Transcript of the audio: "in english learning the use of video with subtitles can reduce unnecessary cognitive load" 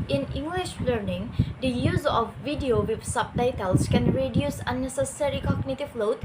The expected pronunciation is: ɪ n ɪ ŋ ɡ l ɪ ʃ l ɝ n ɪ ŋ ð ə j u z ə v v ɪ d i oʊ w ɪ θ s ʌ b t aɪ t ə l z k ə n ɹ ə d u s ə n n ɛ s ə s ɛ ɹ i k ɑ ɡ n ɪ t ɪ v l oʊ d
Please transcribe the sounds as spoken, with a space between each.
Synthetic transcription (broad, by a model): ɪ n ɪ ŋ ɡ l ɪ ʃ l ɝ n ɪ ŋ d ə j u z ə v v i d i oʊ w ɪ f s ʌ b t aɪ t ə l s k ə n ɹ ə d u s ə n n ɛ s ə s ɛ ɹ i k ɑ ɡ n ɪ t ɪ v l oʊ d